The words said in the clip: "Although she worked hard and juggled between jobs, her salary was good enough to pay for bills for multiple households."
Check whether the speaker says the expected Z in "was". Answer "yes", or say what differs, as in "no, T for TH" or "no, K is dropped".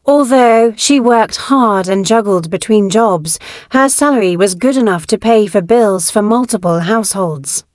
yes